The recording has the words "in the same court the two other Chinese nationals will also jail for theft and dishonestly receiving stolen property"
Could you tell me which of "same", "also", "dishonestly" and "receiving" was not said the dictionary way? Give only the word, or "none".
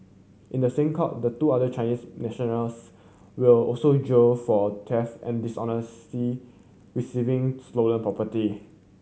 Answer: dishonestly